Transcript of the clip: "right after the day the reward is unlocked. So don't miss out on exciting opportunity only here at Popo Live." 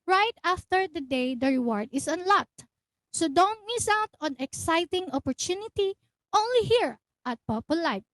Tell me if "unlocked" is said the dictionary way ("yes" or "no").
yes